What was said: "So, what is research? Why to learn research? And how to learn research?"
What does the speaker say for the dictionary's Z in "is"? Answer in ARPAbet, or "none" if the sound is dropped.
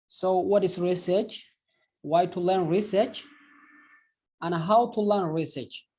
S